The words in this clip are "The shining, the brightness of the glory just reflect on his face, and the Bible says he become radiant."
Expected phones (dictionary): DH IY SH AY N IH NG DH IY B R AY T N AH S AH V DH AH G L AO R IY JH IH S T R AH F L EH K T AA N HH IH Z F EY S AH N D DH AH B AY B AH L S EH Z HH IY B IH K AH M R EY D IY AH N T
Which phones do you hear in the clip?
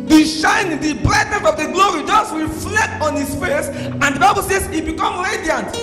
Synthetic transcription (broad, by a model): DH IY SH AY N IH NG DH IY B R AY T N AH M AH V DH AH G L AO R IY JH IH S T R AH F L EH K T AA N HH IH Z F EY S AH N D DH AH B AY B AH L S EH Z HH IY B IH K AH M R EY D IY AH N T